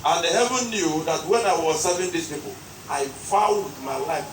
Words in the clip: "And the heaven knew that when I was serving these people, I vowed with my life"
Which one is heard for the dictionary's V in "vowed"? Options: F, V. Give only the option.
F